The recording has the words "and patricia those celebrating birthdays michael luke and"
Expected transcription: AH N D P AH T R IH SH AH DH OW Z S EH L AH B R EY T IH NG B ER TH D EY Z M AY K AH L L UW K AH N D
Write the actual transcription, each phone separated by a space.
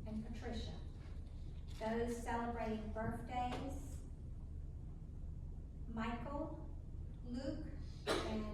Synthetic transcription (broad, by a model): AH N P AH T R IH SH AH DH OW Z S EH L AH B R EY T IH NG B ER TH D EY Z M AY K L L UW K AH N